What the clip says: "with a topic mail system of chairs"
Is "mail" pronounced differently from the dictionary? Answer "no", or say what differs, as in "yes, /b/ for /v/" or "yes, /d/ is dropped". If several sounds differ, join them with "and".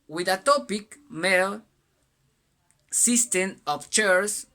no